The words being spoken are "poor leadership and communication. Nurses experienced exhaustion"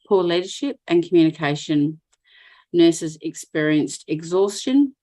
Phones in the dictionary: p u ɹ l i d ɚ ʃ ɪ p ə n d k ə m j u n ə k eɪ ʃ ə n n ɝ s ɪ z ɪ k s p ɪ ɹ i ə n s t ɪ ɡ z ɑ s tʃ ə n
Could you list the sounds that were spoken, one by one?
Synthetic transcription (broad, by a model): p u l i d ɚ ʃ ɪ p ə n k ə m j u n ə k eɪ ʃ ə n n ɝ s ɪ z ɪ k s p ɪ ɹ i ə n s t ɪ ɡ z ɑ s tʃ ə n